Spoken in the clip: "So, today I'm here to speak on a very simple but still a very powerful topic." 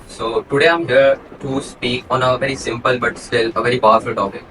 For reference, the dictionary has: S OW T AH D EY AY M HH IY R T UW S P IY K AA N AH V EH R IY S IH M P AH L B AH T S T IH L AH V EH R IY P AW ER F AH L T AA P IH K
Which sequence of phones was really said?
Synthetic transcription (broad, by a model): S OW T AH D EY AY M HH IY R T UW S P IY K AA N AH V EH R IY S IH M P AH L B AH T S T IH L AH V EH R IY B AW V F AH L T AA P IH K